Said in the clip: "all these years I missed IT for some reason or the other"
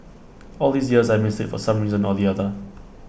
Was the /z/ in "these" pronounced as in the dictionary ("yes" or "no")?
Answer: yes